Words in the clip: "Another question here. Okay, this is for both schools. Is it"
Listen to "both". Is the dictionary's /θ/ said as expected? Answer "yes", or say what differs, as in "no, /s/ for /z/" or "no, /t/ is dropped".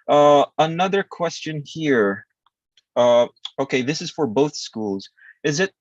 yes